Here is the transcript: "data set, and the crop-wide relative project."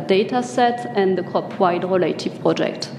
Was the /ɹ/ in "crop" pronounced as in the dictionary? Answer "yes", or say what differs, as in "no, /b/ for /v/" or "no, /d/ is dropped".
no, /ɹ/ is dropped